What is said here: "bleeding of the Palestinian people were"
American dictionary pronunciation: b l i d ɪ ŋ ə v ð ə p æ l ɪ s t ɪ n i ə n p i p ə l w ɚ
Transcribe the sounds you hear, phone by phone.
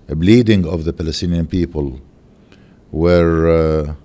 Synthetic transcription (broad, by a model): b l i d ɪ ŋ ə v ð ə p æ l ɪ s t ɪ n i ə n p i p ə l w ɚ